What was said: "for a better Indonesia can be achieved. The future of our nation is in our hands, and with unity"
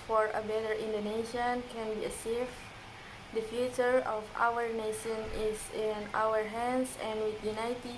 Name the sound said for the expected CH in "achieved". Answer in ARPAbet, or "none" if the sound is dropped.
S